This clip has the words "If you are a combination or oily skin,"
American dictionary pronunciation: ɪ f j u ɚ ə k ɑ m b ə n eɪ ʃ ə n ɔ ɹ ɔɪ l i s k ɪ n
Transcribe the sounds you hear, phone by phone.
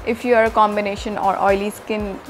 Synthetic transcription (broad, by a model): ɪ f j u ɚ ə k ɑ m b ə n eɪ ʃ ə n ɔ ɹ ɔɪ l i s k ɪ n